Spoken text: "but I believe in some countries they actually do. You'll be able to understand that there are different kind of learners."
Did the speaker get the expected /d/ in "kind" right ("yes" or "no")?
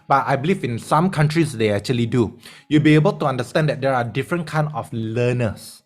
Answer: no